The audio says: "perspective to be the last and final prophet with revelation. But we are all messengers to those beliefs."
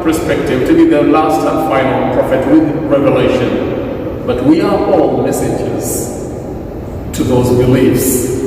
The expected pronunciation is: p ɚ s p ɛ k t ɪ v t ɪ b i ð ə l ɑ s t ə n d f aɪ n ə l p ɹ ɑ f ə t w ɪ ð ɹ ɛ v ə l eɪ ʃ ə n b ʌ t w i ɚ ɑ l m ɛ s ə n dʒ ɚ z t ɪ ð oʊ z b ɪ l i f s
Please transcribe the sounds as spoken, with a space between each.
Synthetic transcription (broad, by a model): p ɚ s p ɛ k t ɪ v t ɪ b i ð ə l ɑ s t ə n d f aɪ n ə l p ɹ ɑ f ə t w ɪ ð ɹ ɛ v ə l eɪ ʃ ə n b ʌ t w i ɚ ɑ l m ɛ s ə dʒ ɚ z t ɪ ð oʊ z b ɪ l i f s